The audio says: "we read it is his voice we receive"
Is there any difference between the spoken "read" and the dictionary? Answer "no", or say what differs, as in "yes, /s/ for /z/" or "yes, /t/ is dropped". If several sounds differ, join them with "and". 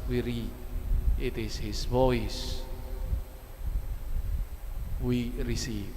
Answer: yes, /d/ is dropped